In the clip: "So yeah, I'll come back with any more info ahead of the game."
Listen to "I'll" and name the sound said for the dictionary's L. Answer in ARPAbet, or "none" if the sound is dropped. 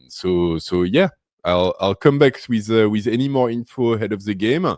L